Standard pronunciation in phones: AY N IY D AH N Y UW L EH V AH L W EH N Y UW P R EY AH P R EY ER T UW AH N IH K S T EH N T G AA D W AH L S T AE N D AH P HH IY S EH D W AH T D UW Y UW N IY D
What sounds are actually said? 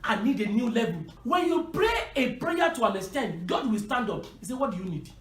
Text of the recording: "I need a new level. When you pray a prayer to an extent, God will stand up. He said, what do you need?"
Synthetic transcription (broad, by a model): AY N IY D AH N Y UW L EH V AH L W EH N Y UW P R EY AH P R EY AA T UW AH N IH S T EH N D G AA D W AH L S T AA N D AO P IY S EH W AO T D UW Y UW N IY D